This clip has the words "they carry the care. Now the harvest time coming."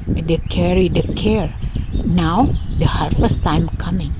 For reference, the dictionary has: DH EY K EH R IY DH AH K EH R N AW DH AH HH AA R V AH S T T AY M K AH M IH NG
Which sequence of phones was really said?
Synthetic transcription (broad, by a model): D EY K EH R IY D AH K EH R N AW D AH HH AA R F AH S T T AY M K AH M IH NG